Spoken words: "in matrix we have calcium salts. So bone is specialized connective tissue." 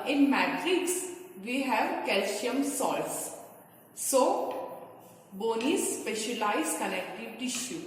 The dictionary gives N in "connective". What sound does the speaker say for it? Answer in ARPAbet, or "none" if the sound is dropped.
L